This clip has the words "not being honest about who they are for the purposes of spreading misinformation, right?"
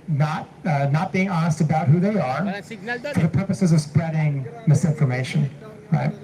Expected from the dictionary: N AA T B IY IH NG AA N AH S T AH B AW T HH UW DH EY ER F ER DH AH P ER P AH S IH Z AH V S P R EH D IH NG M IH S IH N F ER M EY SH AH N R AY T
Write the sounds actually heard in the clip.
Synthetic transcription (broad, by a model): N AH T B IY IH NG AA N AH S T AH B AW T HH UW DH EY ER F ER DH AH P ER P AH S IH Z AH V S P R EH D IH NG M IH S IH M F ER M EY SH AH N R AY T